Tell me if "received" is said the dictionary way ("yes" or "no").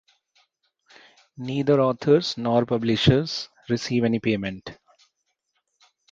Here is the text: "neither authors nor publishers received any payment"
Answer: no